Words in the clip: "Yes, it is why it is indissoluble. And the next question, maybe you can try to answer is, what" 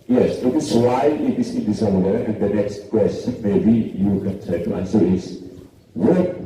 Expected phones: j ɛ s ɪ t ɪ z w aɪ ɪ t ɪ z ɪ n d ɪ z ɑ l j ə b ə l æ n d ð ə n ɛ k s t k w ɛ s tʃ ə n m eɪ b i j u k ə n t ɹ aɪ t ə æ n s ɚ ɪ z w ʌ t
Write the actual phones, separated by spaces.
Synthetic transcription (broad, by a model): j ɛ s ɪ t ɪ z w aɪ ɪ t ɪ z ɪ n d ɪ s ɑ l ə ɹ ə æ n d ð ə n ɛ k s t k w ɛ s tʃ ə n m eɪ b i j u k ə n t aɪ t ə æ n s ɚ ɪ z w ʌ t